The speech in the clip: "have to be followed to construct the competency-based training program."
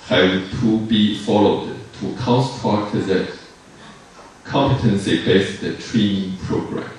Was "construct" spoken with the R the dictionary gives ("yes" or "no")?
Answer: no